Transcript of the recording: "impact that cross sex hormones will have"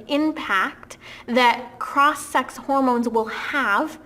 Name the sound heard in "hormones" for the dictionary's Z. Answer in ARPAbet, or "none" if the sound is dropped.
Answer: Z